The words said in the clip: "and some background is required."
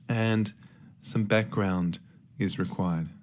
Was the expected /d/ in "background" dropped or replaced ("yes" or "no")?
no